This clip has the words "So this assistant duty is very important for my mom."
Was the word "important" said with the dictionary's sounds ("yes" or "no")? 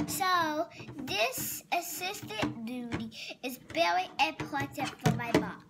no